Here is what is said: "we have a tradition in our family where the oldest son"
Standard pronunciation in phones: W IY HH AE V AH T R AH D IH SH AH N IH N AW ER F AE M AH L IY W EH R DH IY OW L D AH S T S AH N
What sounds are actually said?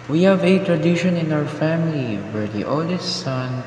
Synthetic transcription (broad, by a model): W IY HH AE V AH T R AH D IH SH AH N IH N AW ER F AE M AH L IY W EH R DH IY OW L D AH S T S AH N